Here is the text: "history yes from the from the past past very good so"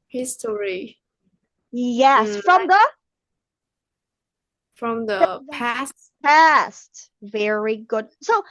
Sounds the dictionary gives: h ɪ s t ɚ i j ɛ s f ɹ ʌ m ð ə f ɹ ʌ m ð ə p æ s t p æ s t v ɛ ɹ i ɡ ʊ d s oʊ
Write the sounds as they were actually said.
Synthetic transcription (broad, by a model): h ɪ s t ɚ i j ɛ s f ɹ ʌ m ð ə f ɹ ʌ m ð ə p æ s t p æ s t v ɛ ɹ i ɡ ʊ d s oʊ